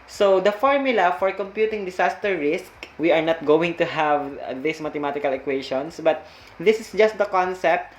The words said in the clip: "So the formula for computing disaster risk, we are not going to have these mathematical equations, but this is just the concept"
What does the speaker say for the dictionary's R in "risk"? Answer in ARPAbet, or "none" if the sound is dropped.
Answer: R